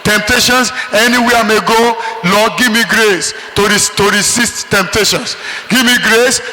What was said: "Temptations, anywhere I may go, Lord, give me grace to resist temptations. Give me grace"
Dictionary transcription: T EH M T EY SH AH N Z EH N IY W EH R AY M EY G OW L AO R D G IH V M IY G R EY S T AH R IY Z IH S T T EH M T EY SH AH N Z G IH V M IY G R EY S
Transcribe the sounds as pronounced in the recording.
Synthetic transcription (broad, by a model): T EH M T EY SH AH N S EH N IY W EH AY M EY G OW L AO G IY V M IY G R EY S T AH R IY S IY S T T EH M T EY SH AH N S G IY V M IY G R EY S